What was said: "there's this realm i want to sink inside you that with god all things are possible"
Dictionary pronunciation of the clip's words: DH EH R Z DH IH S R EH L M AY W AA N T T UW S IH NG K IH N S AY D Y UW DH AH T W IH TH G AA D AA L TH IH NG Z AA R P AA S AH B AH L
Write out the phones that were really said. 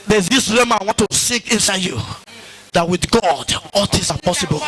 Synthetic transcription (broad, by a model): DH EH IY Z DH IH S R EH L M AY W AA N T T UW S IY K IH N S AY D Y UW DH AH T W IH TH G AA D AA L T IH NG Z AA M P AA S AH B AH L